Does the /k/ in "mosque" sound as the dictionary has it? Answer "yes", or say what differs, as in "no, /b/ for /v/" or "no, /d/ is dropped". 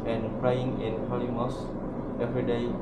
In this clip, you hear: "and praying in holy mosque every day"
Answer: no, /k/ is dropped